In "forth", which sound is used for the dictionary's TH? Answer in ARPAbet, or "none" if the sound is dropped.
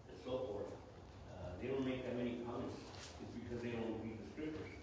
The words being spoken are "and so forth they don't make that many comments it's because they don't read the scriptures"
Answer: TH